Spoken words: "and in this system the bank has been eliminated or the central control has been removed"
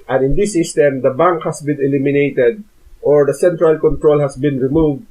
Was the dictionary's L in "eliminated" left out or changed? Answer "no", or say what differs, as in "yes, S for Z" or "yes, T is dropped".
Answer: no